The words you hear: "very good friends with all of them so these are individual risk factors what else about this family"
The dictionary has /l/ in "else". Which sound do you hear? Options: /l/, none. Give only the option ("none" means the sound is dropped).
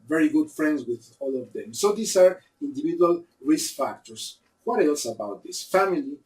/l/